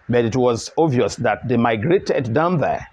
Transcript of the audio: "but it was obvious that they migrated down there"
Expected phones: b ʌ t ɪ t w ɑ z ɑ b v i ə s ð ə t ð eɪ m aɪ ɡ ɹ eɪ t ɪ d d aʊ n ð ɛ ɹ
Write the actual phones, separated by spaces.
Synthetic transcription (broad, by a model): b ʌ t ɪ t w ɑ z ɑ v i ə s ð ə t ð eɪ m aɪ ɡ ɹ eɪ t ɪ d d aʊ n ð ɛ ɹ